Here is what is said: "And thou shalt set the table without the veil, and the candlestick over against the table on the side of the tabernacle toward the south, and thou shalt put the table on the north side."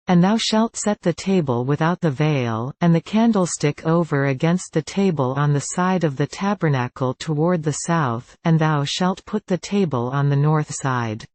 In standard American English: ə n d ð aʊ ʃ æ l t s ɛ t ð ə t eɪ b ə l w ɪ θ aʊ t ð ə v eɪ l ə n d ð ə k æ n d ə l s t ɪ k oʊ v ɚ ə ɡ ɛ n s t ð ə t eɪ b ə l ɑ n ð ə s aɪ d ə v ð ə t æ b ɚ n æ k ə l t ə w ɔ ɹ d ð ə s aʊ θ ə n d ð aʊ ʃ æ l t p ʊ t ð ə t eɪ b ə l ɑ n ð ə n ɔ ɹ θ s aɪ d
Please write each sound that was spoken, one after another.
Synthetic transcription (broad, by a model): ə n ð aʊ ʃ æ l t s ɛ t ð ə t eɪ b ə l w ɪ θ aʊ t ð ə v eɪ l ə n ð ə k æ n d l s t ɪ k oʊ v ɚ ə ɡ ɛ n s t ð ə t eɪ b ə l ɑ n ð ə s aɪ d ə v ð ə t æ b ɚ n æ k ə l t ə w ɔ ɹ d ð ə s aʊ θ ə n ð aʊ ʃ æ l t p ʊ t ð ə t eɪ b ə l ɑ n ð ə n ɔ ɹ θ s aɪ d